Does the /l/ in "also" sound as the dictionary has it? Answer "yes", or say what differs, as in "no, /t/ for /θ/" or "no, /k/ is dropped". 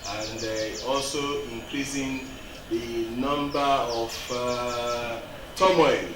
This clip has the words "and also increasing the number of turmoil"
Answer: yes